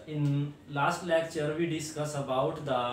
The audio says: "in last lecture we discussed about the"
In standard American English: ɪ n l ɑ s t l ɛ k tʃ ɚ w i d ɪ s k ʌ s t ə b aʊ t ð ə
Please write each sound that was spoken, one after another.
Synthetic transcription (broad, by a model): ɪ n l ɑ s t l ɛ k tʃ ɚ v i d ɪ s k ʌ s ə b aʊ t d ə